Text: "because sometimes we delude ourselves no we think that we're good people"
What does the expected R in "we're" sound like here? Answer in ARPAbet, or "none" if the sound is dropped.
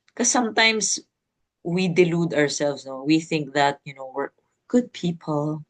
W